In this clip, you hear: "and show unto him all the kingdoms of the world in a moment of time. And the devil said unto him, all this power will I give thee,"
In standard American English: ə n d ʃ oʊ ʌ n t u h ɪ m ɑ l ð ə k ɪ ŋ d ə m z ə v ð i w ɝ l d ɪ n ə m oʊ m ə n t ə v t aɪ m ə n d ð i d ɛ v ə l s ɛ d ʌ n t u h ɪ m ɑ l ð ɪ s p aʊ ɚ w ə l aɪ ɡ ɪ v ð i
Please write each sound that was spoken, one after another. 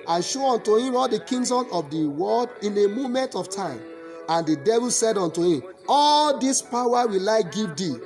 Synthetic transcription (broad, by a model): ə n ʃ oʊ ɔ n t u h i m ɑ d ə k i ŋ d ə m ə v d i w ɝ l d ɪ n ə m oʊ m ə n t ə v t aɪ m ə n d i d ɛ v ə l s ɛ d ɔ n t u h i m ɑ l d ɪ s p aʊ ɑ w ə l aɪ ɡ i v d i